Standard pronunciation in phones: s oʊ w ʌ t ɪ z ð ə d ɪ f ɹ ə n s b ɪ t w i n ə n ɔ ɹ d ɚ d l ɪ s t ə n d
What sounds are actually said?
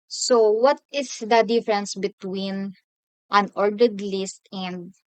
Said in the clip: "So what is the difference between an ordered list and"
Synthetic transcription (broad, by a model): s oʊ w ʌ t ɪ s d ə d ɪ f ɹ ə n s b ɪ t w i n ə n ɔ ɹ d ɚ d l ɪ s t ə n d